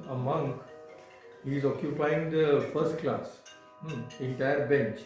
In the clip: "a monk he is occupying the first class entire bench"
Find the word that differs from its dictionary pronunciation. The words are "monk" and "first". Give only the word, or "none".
none